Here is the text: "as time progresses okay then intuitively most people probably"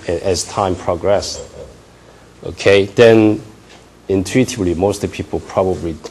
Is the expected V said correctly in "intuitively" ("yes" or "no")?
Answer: no